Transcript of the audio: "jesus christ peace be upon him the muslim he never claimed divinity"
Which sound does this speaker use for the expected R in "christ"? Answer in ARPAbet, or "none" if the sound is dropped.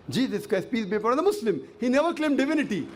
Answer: none